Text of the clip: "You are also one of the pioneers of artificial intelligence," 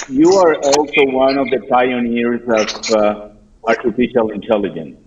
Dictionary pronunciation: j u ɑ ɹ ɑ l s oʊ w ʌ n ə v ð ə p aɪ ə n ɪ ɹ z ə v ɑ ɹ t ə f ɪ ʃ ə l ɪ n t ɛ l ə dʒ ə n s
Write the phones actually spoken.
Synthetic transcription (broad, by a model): j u ɑ ɹ ɑ l s oʊ w ʌ n ə v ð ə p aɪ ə n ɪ ɹ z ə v ɑ ɹ t ə f ɪ ʃ ə l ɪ n t ɛ l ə dʒ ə n s